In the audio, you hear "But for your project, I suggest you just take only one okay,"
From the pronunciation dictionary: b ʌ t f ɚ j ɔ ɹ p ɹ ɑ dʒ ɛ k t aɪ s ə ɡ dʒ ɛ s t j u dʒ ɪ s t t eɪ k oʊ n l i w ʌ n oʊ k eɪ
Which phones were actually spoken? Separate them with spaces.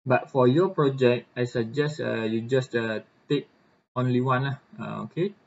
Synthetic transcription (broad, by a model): b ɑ t f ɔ j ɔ p ɹ ɑ dʒ ɛ k t aɪ s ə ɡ dʒ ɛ s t j u dʒ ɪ s t t eɪ k oʊ n l i w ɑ n oʊ k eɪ